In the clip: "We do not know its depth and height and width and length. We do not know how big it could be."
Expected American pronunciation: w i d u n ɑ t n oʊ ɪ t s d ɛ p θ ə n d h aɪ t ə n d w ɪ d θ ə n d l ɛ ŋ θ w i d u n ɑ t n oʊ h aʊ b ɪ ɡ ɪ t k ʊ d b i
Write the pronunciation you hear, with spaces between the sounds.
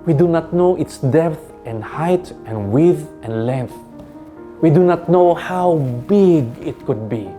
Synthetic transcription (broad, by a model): w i d u n ɑ t n oʊ ɪ t s d ɛ p θ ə n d h aɪ t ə n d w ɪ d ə n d l ɛ ŋ θ w i d u n ɑ t n oʊ h aʊ b ɪ ɡ ɪ t k ʊ d b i